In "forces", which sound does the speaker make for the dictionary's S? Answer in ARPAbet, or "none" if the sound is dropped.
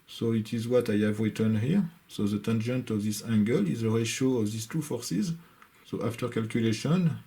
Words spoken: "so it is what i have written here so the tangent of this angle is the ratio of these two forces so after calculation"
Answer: S